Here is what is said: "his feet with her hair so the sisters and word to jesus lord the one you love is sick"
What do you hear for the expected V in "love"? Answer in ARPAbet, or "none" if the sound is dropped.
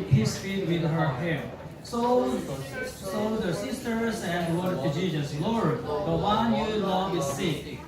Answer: W